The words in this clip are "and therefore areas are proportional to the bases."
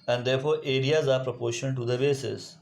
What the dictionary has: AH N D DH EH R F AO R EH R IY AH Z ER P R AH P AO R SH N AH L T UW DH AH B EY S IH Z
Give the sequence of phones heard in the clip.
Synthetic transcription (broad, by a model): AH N D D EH R F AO R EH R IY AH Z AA P R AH P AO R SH AH N T UW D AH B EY S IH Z